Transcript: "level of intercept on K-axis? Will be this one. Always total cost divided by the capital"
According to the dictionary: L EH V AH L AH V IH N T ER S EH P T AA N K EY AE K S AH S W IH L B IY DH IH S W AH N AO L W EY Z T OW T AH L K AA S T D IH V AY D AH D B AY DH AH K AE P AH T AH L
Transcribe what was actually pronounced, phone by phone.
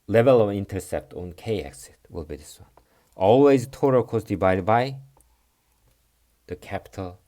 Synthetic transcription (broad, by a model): L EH V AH L AH V IH N T ER S EH P T AA N K EY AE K S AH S W IH L B IY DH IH S W AH N AO L W EY Z T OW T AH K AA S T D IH B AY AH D B AY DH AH K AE P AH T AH L